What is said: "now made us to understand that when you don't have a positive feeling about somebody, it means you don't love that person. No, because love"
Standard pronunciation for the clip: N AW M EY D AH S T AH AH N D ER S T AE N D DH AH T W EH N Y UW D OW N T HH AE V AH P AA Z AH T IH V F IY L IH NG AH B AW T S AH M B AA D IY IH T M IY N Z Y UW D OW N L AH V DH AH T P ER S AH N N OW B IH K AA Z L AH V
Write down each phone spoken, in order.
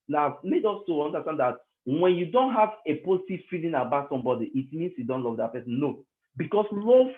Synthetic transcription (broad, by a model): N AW M EY D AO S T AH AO N D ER S T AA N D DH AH T W EH N Y UW D OW N T HH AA V AH P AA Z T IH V F IY L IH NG AH B AW T S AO M B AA D IY IH T M IY N S Y UW D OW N L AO V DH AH T P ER S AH N N OW B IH K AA S L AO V